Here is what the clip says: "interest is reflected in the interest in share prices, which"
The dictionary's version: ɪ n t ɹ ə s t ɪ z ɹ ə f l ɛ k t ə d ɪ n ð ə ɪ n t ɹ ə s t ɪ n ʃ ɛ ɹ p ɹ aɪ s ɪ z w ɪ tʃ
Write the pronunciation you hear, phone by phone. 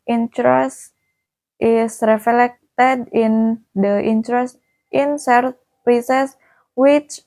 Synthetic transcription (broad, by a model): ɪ n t ɹ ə s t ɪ s ɹ ə f l ɛ k t ə d ɪ n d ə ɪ n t ɹ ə s t ɪ n s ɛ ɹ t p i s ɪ s w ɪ tʃ